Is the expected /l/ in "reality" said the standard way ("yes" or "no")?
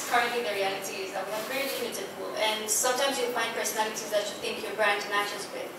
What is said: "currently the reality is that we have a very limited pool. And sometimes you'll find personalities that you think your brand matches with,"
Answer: yes